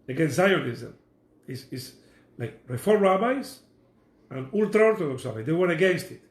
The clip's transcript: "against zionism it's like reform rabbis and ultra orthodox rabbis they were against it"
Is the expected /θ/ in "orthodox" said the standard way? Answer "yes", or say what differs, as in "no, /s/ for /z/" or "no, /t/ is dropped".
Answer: no, /t/ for /θ/